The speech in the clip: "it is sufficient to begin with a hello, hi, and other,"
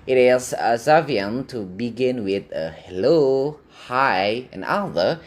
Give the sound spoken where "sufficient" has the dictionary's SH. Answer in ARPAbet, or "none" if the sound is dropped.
none